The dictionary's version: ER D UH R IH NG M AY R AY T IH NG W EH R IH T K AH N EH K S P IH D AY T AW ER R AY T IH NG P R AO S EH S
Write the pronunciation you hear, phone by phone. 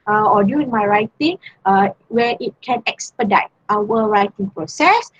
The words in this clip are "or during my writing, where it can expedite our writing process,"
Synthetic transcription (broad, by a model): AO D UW IH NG M AY R AY T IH NG W EH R IH T K AH N EH K S P IH D AY T AW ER R AY T IH NG P R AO S EH S